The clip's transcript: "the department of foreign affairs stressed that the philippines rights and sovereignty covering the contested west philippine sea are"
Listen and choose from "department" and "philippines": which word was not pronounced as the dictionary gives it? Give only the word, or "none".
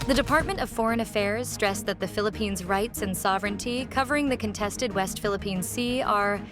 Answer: none